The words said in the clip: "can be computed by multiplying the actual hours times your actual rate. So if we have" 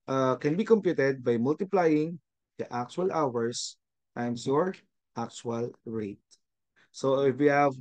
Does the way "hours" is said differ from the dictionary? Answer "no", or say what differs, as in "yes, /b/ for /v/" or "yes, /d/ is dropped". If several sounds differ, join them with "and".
yes, /s/ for /z/